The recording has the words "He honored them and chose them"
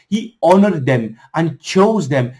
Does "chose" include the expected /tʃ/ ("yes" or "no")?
yes